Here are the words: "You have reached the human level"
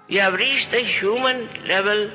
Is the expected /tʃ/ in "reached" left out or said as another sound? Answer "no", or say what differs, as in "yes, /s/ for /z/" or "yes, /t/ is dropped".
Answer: yes, /ʃ/ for /tʃ/